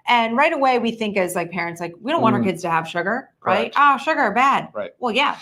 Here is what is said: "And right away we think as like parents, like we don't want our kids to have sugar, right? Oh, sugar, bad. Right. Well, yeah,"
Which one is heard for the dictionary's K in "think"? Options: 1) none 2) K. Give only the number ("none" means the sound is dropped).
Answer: 2